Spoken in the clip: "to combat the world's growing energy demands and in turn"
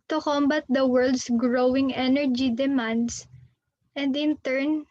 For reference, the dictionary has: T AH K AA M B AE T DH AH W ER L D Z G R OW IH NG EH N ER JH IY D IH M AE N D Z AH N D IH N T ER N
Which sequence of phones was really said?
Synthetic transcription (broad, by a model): T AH K AA M B AE T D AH W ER L D S G R OW IH NG EH N ER JH IY D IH M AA N D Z AH N D IH N T ER N